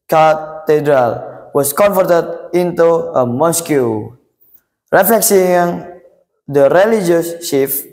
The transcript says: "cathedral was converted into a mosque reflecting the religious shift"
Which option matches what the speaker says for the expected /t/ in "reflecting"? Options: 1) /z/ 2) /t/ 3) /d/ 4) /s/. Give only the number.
4